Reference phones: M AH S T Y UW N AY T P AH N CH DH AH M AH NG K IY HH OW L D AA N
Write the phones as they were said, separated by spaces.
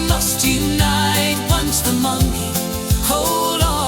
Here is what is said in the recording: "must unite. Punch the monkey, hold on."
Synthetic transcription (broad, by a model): M AH S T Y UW N AY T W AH N S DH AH M AH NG IY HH OW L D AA